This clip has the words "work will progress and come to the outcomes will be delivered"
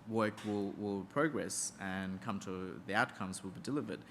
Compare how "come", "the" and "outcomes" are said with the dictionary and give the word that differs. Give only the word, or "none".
none